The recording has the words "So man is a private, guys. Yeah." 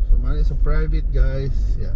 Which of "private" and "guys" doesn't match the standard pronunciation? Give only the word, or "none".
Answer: guys